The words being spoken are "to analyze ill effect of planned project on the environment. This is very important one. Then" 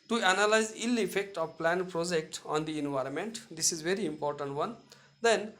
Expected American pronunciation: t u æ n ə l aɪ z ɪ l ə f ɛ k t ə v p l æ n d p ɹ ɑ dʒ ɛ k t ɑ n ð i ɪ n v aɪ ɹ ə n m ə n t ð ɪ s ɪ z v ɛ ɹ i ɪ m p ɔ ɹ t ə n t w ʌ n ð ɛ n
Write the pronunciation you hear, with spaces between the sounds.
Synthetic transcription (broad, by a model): t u æ n ə l aɪ z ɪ l ə f ɛ k t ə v p l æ n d p ɹ ɑ dʒ ɛ k t ɑ n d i ɪ n v aɪ ɹ ə n m ə n t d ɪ s ɪ z v ɛ ɹ i ɪ m p ɔ ɹ t ə n t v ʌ n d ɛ n